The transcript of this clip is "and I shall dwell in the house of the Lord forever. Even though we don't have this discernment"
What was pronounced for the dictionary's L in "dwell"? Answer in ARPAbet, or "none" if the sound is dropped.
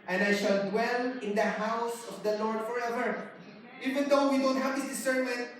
L